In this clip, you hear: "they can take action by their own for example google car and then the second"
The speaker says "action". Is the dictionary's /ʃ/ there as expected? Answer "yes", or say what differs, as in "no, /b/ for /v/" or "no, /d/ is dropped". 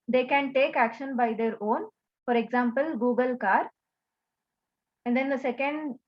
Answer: yes